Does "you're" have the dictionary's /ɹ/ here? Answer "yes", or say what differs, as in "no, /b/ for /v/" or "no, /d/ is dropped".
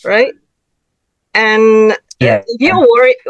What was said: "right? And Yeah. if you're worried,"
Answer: no, /l/ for /ɹ/